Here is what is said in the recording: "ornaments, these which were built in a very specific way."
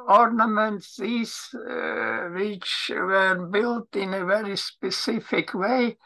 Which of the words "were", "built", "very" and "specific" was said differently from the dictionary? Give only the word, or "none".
none